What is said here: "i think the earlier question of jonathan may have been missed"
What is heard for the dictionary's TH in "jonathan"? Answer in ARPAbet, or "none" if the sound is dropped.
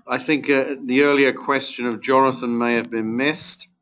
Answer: TH